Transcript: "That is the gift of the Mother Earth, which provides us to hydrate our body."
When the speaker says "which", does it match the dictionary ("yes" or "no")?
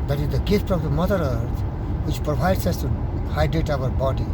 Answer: yes